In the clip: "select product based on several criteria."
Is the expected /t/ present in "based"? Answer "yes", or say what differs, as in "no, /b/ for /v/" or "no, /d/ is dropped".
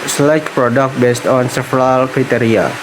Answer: yes